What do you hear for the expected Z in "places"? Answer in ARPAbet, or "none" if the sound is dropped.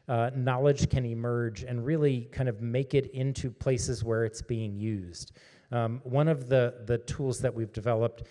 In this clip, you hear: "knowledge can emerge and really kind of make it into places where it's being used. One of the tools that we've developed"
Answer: Z